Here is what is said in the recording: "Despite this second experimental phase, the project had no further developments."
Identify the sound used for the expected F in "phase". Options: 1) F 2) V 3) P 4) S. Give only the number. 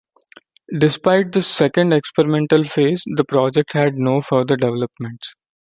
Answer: 1